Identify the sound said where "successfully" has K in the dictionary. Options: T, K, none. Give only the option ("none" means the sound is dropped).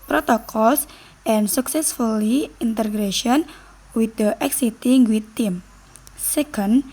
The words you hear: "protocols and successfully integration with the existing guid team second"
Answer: K